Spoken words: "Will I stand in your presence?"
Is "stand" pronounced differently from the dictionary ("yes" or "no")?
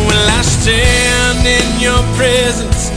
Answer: yes